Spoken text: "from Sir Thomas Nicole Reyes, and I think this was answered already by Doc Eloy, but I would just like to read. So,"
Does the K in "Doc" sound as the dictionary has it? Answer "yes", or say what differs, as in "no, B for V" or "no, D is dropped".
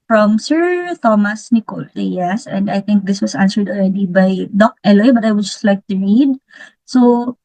yes